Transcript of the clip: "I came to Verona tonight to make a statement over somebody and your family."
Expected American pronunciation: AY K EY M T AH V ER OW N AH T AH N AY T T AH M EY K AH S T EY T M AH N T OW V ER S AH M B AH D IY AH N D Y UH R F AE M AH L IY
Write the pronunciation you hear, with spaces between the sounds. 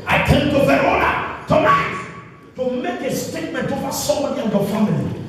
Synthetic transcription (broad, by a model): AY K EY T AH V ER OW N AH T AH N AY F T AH M EY K AH S T EY T M AH N T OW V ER S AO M AH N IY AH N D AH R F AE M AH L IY